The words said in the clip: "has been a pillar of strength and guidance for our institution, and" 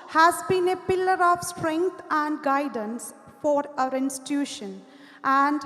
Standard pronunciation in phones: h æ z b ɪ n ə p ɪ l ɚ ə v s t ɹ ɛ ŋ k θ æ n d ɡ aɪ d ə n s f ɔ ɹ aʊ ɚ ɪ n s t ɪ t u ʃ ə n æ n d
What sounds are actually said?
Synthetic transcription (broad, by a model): h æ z b ɪ n ə p ɪ l ɚ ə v s t ɹ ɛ ŋ k t æ n d ɡ aɪ d ə n s f ɔ ɹ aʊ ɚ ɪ n s t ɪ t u ʃ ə n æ n d